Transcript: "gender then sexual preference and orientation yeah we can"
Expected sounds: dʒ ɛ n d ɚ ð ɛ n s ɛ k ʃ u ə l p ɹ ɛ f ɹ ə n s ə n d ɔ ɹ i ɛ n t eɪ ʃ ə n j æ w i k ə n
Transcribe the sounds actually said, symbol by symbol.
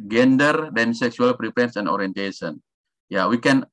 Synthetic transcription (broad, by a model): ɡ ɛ n d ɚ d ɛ n s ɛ k s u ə l p ɹ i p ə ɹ s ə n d ɔ ɹ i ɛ n t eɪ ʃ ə n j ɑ w i k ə n